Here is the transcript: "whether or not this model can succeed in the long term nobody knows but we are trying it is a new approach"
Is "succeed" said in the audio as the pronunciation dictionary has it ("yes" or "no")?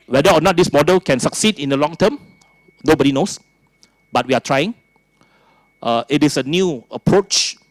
yes